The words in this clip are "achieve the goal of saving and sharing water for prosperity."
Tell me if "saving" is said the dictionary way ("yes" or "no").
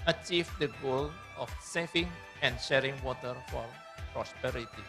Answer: no